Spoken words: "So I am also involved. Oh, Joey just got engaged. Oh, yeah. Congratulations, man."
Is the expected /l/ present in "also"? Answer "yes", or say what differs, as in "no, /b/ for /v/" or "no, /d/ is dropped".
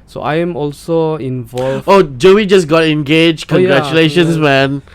yes